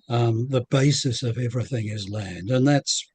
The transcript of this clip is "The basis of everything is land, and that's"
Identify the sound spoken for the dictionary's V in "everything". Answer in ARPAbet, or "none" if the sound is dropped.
V